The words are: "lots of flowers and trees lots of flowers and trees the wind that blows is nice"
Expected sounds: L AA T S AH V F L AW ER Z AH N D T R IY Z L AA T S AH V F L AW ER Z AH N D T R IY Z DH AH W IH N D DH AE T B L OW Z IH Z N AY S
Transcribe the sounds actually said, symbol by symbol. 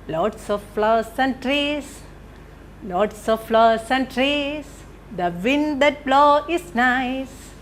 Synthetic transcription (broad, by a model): L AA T S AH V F L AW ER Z AH N D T R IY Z L AA T S AH V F L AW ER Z AH N D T R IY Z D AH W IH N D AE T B L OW IH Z N AY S